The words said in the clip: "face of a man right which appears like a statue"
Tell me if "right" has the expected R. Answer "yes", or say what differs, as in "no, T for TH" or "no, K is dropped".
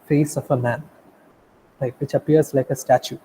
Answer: no, L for R